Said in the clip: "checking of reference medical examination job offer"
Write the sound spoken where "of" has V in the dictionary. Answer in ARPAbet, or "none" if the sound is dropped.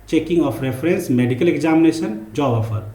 P